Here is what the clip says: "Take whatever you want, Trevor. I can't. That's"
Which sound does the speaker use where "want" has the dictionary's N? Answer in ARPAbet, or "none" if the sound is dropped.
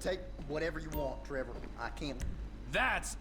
none